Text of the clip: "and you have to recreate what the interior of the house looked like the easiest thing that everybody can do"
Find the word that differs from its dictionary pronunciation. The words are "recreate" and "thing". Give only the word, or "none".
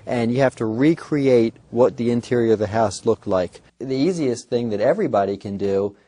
none